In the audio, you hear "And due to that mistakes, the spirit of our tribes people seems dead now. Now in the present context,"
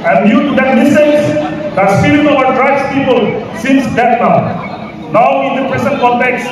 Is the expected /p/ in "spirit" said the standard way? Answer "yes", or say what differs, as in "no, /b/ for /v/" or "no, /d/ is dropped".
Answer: no, /p/ is dropped